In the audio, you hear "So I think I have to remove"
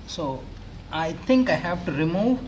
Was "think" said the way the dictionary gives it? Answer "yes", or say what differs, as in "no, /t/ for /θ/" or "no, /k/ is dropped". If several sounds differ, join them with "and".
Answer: no, /t/ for /θ/